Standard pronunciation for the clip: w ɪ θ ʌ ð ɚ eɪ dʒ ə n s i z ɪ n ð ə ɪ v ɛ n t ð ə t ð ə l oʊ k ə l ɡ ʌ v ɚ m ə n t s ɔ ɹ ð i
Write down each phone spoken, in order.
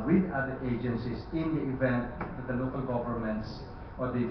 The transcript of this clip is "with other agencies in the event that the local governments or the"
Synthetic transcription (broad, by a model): w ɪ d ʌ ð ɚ eɪ dʒ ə n s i s ɪ n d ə ɪ v ɛ n t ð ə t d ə l oʊ k ə l ɡ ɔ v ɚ m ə n t s ɔ ɹ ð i